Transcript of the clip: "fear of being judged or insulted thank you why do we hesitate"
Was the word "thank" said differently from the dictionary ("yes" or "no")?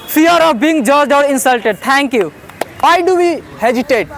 yes